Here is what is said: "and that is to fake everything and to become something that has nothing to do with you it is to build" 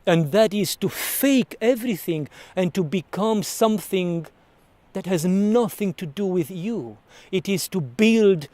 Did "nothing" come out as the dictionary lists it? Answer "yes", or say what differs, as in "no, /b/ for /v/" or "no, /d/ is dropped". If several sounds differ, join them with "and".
yes